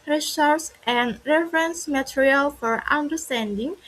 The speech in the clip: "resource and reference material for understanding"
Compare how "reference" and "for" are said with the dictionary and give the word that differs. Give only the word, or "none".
none